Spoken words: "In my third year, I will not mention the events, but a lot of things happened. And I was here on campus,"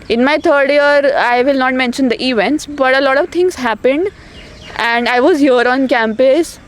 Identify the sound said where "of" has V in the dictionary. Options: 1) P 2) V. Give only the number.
2